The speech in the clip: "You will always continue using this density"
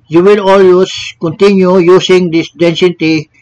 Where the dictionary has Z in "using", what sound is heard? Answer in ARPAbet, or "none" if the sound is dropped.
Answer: S